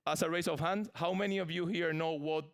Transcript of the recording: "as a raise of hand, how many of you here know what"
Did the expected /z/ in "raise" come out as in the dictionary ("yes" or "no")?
no